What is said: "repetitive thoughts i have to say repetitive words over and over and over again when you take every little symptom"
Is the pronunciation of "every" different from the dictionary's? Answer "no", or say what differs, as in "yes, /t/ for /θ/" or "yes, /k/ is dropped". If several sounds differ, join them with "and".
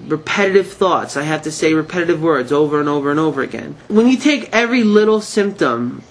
no